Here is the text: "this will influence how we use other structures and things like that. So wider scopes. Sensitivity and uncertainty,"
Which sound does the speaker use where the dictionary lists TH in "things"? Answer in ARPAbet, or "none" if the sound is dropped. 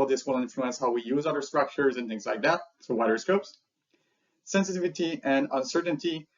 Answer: TH